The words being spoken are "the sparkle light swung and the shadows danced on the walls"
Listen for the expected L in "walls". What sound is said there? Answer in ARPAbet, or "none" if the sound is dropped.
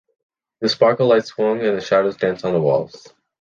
L